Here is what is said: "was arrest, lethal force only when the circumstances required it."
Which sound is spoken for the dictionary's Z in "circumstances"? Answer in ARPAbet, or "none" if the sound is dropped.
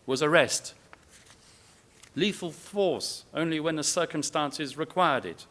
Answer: Z